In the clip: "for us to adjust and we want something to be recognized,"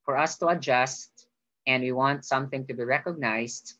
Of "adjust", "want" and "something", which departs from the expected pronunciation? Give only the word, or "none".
none